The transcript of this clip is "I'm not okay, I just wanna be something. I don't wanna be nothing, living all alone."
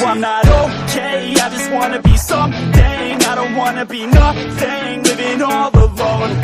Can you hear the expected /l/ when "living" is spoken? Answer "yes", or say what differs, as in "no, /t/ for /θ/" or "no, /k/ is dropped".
no, /w/ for /l/